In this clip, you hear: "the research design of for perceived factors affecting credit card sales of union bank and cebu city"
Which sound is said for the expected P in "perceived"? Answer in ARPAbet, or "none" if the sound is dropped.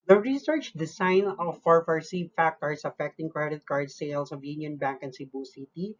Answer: F